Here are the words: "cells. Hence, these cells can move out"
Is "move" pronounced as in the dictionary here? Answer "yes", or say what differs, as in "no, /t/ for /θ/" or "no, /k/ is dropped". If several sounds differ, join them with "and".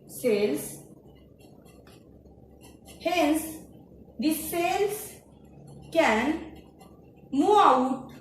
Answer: no, /v/ is dropped